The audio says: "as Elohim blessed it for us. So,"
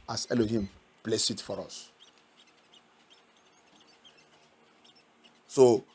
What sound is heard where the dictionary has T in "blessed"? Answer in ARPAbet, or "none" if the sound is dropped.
none